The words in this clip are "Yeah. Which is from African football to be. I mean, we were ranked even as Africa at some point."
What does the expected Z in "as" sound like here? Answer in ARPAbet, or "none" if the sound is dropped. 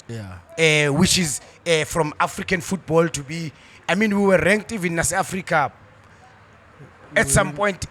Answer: S